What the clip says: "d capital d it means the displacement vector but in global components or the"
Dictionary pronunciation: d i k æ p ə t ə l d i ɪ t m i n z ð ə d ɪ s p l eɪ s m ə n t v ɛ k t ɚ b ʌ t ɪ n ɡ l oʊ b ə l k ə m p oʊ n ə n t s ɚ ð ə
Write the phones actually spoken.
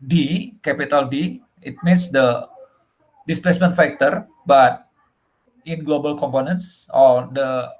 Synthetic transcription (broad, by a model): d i k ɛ p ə t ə l d i ɪ t m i n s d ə d ɪ s p l eɪ s m ə n t f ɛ k t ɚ b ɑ t ɪ n ɡ l oʊ b ə l k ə m p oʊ n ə n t s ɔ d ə